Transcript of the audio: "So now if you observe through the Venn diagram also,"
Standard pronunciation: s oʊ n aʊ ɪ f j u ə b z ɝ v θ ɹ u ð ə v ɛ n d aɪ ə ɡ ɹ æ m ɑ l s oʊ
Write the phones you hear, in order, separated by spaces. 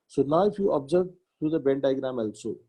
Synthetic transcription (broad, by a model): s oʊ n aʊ ɪ f j u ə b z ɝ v t ɹ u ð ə b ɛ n d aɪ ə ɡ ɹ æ m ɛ l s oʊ